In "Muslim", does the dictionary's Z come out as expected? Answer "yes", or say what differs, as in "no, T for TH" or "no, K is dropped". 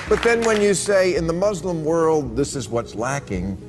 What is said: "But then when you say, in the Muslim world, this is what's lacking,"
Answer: yes